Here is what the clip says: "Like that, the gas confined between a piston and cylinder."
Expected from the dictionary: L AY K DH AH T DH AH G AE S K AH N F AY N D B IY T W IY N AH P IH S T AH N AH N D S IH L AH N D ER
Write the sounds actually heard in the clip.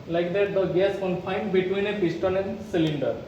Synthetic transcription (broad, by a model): L AY K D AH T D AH G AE S K AH N F AY N D B IY T W IY N AH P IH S T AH L AH N D S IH L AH N D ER